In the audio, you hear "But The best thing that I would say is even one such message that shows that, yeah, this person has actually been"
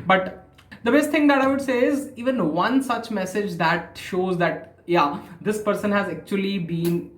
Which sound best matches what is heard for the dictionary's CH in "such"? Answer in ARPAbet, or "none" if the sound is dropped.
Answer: CH